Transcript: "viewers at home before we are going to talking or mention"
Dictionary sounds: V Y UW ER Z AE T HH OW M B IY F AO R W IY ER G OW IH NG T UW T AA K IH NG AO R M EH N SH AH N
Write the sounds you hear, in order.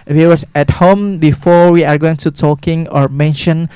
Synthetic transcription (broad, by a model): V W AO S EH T HH OW M B IY F AO R W IY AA G OW IH NG T UW T AA K IH NG AO R M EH N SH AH N